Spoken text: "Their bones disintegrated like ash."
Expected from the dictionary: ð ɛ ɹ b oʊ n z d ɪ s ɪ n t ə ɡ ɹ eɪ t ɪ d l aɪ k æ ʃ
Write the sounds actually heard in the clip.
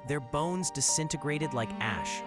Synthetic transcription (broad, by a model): ð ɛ ɹ b oʊ n z d ɪ s ɪ n t ə ɡ ɹ eɪ t ɪ d l aɪ k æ ʃ